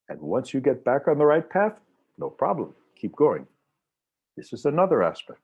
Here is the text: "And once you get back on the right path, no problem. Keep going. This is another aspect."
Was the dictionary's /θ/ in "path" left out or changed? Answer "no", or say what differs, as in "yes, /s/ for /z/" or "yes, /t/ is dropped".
no